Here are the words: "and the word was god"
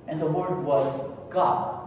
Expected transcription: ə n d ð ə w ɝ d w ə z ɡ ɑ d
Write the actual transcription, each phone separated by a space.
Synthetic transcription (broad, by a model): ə n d ð ə w ɝ d w ə z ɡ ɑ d